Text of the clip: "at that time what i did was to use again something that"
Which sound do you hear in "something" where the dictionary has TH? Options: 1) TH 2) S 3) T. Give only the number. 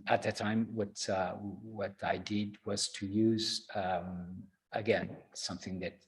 1